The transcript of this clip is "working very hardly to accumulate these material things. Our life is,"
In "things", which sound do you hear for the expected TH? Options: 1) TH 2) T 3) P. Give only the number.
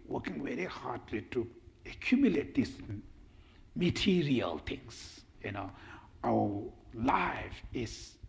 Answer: 2